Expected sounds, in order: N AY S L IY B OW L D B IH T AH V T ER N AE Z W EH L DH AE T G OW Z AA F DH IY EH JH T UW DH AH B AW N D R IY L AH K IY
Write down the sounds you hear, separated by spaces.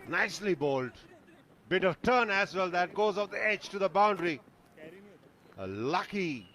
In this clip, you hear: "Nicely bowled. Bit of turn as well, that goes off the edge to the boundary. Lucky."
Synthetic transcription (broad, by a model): N AY S L IY B OW L D B IH T AH V T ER N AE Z W EH L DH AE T G OW Z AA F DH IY EH JH T UW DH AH B AW N D R IY L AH K IY